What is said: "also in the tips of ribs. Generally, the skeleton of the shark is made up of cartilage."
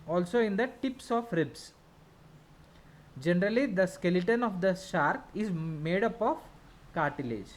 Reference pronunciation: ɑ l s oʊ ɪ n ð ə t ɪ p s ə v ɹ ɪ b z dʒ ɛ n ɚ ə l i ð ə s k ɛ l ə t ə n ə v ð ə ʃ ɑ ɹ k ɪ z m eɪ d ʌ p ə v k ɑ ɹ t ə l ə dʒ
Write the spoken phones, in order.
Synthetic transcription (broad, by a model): ɑ l s oʊ ɪ n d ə t ɪ p s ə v ɹ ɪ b s dʒ ɛ n ɚ ə l i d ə s k ɛ l ə t ə n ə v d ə ʃ ɑ ɹ k ɪ z m eɪ d ʌ p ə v k ɑ ɹ t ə l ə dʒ